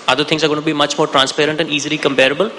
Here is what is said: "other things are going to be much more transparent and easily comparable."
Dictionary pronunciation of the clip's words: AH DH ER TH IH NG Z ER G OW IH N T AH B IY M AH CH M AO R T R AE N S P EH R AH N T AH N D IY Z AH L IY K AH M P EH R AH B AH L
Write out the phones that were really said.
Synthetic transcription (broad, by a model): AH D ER T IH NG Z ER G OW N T B IY M AH CH M AO R T R AE N S P EH R AH N T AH N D IY Z AH L IY K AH M P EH R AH B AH L